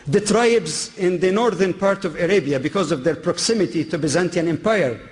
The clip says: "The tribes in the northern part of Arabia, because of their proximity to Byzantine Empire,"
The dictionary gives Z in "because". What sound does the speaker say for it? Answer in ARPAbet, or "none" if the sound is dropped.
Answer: Z